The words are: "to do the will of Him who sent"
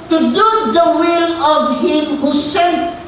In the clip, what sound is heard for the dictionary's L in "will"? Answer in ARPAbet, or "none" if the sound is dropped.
L